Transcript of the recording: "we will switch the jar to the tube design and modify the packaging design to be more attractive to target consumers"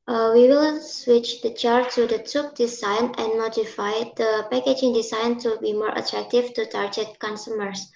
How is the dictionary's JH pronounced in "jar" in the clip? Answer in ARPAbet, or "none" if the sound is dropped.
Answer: CH